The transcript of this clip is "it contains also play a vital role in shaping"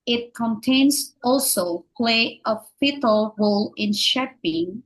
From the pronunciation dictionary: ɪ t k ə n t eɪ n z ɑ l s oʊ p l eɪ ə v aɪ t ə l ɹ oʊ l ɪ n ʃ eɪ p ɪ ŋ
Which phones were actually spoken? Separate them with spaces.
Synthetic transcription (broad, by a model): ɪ t k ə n t eɪ n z ɑ l s oʊ p l eɪ ə f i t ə l ɹ oʊ l ɪ n ʃ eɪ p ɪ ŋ